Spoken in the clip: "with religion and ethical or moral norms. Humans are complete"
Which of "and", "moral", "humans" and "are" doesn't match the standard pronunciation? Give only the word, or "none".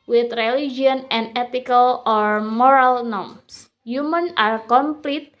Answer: humans